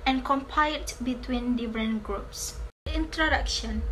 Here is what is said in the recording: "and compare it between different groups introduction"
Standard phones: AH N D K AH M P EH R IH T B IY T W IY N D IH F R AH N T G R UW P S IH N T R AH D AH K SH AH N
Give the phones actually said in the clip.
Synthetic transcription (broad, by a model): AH N K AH M P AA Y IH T B IY T W IY N D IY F R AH N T G R UW P S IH N T R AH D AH K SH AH N